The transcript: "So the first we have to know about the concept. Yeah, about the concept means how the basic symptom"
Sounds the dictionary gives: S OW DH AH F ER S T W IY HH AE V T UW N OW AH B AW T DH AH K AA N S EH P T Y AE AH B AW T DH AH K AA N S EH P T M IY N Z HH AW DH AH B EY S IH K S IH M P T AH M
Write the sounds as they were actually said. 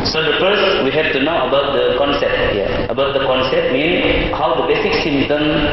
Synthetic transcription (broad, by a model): S OW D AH F ER S T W IY HH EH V T UW N OW AH B AW T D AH K AA N S EH P T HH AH AH B AW T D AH K AA N S EH P T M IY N HH AW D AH B EY S IH K S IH M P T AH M